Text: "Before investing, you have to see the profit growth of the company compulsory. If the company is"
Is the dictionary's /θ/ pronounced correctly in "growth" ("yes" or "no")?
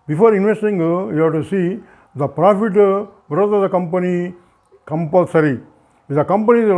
no